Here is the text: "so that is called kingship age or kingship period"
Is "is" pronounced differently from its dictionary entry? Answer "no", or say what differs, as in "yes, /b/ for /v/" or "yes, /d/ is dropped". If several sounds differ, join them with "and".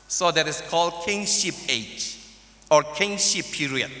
yes, /s/ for /z/